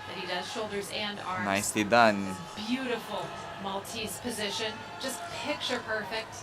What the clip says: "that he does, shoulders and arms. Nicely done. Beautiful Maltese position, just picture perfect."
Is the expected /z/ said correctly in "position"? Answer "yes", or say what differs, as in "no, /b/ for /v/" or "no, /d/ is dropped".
yes